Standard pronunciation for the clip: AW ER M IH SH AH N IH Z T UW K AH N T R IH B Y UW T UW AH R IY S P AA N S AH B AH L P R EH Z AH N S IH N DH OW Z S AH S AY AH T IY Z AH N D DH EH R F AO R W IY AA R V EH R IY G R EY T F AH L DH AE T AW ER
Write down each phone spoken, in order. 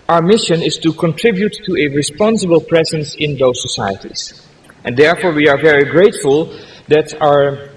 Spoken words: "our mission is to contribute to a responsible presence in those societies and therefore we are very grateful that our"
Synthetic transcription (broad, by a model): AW ER M IH SH AH N IH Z T UW K AH N T R IH B Y UW T UW AH R IY S P AA N S AH B AH L P R EH Z AH N S IH N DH OW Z S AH S AY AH T IY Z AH N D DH EH R F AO R W IY AA R V EH R IY G R EY T F AH L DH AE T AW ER